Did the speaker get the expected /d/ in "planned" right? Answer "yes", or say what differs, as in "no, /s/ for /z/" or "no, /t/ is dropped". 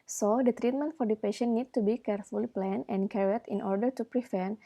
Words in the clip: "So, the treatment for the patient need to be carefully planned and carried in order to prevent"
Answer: no, /d/ is dropped